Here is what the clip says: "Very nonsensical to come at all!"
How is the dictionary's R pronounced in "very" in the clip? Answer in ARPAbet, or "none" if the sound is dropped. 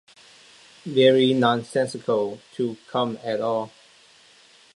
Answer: R